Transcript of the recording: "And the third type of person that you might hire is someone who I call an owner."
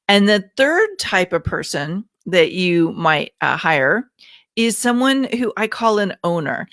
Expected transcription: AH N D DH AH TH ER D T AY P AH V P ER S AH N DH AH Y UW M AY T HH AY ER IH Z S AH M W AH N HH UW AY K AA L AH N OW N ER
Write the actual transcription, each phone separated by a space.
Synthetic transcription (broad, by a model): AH N DH AH TH ER D T AY P AH V P ER S AH N DH AH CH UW M AY T HH AY ER IH Z S AH M W AH N HH UW AY K AA L AH N OW N ER